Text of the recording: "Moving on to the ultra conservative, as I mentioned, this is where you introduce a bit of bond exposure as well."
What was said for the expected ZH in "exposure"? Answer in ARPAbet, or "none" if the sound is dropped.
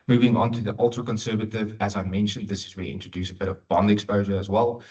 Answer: ZH